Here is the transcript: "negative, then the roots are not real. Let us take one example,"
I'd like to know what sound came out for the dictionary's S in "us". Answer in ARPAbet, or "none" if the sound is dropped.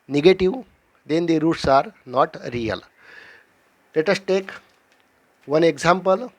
S